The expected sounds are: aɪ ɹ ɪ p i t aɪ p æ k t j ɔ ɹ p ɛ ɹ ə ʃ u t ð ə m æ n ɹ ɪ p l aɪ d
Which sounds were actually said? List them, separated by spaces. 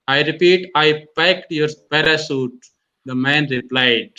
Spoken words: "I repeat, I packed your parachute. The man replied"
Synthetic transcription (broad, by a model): aɪ ɹ ɪ p i t aɪ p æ k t j ɔ ɹ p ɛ ɹ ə s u t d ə m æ n ɹ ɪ p l aɪ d